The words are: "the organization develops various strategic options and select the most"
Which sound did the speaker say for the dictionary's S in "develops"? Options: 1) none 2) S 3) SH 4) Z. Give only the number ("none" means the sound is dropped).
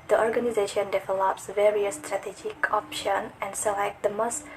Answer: 2